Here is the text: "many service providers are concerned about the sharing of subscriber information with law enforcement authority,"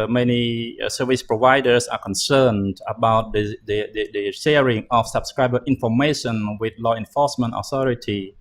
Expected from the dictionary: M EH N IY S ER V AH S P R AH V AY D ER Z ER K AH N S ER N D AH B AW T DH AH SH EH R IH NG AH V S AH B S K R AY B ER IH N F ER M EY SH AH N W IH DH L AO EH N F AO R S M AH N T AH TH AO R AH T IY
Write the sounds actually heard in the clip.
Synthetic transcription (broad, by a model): M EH N IY S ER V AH S P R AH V AY D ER S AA K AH N S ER N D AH B AW T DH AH SH EH R IH NG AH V S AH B S K R AY B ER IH N F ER M EY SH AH N W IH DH L AO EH N F AO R S M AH N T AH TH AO R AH T IY